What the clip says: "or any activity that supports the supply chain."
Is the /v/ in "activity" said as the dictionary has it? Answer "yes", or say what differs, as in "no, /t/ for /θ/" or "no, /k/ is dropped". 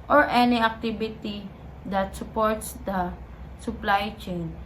no, /b/ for /v/